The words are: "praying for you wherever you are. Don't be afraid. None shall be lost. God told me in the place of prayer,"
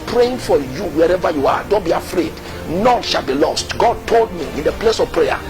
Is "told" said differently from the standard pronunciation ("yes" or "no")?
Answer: no